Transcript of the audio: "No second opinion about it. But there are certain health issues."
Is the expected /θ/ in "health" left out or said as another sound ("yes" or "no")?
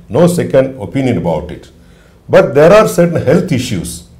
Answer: yes